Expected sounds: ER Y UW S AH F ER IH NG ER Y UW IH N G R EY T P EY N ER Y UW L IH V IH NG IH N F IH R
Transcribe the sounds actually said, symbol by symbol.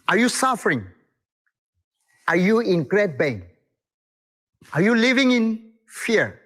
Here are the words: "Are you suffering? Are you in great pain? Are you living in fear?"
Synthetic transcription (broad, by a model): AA Y UW S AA F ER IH NG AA Y UW IH N G R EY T B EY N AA Y UW L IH V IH NG IH N F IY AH